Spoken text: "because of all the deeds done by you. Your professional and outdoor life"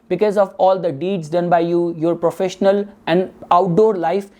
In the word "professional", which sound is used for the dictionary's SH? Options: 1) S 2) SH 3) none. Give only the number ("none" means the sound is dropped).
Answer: 2